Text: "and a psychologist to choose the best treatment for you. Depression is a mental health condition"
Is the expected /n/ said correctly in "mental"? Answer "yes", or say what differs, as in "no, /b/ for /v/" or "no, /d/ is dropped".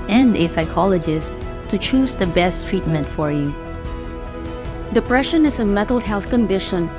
no, /n/ is dropped